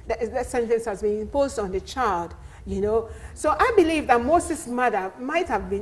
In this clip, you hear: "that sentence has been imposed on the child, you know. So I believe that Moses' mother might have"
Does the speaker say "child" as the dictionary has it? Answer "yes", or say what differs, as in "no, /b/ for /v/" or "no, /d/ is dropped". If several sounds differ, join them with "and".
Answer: yes